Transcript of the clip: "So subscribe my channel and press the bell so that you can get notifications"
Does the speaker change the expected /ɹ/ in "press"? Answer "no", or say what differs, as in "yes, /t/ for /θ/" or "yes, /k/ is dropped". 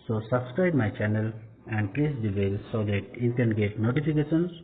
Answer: yes, /l/ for /ɹ/